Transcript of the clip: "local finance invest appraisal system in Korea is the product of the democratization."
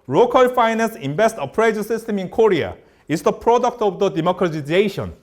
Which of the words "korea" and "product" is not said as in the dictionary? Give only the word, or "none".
none